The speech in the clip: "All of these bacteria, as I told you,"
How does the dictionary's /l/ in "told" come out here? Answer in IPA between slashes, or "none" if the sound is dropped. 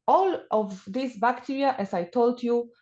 /l/